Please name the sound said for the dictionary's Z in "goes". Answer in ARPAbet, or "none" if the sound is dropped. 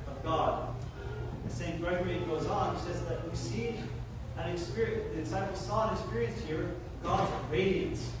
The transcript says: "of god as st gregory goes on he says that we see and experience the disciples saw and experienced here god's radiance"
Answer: Z